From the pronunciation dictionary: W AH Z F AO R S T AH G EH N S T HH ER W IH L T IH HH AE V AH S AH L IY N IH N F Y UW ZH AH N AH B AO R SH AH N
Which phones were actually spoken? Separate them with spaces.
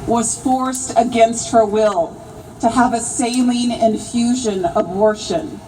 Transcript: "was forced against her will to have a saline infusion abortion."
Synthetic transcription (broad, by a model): W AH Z F AO R S T AH G EH N S T HH ER W IH L T IH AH V AH S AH L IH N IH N F Y UW ZH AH N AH B AO R SH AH N